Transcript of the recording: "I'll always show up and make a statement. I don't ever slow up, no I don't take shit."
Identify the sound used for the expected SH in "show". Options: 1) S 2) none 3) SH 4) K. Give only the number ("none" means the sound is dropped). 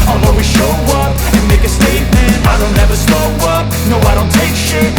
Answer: 3